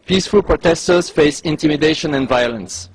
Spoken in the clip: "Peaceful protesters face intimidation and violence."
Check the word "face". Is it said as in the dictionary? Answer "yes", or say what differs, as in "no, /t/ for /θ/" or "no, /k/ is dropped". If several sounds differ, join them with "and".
yes